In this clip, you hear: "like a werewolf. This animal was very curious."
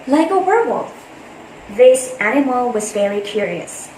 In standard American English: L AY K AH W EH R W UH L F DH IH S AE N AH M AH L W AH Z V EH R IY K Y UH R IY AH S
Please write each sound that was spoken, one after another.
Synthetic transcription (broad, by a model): L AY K AH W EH R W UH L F DH IH S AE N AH M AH L W AH Z F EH L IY K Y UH R IY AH S